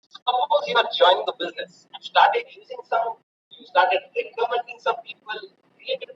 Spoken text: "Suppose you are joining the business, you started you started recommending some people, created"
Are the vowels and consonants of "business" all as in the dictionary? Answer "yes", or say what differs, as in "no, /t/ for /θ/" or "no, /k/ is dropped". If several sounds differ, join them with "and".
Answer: yes